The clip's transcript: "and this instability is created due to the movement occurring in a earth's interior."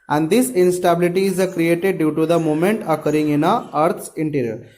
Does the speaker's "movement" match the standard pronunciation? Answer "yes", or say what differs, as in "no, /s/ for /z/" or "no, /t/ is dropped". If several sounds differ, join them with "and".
no, /v/ is dropped